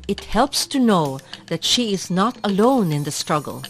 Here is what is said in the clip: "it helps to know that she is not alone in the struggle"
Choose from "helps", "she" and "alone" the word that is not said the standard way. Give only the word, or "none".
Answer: none